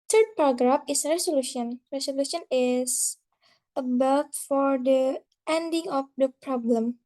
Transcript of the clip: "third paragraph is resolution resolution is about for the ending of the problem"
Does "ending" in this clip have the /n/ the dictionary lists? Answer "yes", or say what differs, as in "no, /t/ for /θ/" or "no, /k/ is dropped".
yes